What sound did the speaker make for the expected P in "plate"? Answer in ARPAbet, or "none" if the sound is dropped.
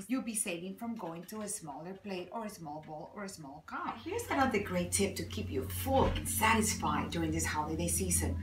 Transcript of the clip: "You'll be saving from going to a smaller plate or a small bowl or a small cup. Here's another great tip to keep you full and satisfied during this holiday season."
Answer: P